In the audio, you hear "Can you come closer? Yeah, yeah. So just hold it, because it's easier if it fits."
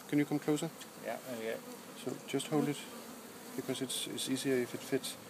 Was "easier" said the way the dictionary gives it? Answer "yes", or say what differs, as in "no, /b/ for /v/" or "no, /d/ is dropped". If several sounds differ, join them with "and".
no, /s/ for /z/